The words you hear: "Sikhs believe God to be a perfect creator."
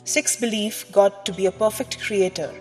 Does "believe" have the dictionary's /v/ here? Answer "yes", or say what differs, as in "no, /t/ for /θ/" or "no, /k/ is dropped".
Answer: no, /f/ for /v/